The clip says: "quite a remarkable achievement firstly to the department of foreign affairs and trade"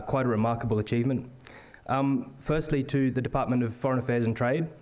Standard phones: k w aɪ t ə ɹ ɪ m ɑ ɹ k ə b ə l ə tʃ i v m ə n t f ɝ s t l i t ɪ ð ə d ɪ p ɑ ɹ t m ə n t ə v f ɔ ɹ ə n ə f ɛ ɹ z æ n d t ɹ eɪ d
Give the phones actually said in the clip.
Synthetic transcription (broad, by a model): k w aɪ t ə ɹ ɪ m ɑ ɹ k ə b ə l ə tʃ i v m ə n t f ɝ s t l i t ɪ ð ə d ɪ p ɑ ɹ t m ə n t ə v f ɔ ɹ ə n ə f ɛ ɹ z n t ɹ eɪ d